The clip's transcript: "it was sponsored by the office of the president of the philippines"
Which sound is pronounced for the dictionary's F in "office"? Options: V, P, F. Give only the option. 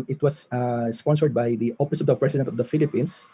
P